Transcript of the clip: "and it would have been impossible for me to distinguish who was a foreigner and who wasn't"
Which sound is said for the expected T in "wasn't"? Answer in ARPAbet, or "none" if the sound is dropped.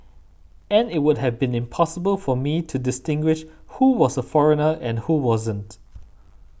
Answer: T